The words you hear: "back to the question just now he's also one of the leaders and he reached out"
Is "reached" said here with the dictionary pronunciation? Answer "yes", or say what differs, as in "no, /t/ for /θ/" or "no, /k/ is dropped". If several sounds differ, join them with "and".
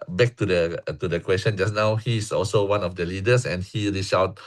no, /t/ is dropped